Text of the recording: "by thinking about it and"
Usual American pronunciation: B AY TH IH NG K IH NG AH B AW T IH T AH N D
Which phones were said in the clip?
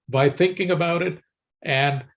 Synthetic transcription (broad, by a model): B AY TH IH NG K IH NG AH B AW T IH T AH N